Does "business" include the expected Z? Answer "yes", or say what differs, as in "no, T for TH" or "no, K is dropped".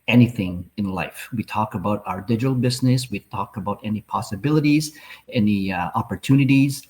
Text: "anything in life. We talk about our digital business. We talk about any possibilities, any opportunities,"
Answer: yes